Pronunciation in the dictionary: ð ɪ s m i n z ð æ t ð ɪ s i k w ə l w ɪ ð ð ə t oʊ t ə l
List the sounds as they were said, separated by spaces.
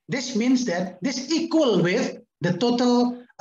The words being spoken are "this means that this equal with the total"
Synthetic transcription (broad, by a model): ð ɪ s m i n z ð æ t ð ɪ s i k w ə l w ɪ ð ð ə t oʊ t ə l